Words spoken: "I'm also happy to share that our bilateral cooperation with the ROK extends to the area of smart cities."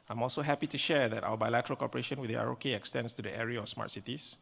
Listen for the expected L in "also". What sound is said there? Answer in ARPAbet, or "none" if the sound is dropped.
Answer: L